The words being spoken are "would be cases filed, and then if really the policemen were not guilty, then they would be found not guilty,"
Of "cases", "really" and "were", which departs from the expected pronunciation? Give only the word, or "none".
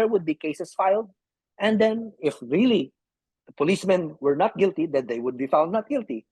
cases